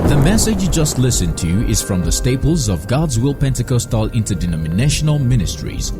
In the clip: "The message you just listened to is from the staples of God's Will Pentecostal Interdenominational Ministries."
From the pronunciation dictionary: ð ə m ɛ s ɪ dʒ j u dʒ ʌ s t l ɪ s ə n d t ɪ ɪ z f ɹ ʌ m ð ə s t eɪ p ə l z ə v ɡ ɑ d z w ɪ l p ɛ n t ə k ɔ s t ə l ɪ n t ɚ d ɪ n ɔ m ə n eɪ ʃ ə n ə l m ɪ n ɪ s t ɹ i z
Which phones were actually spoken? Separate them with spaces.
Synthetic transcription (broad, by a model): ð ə m ɛ s ɪ dʒ j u dʒ ʌ s t l ɪ s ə n t ɪ ɪ z f ɹ ʌ m ð ə s t eɪ p ə l z ə v ɡ ɑ d z w ɪ l p ɛ n t ə k ɔ s t ə l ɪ n t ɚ d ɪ n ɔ m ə n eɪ ʃ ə n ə l m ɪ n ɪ s t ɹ i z